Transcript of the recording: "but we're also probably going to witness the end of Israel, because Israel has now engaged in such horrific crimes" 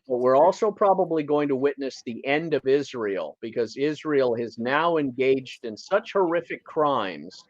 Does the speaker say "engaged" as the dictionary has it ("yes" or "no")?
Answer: yes